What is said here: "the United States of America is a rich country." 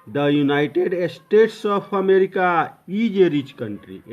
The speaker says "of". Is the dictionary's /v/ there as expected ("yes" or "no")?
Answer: no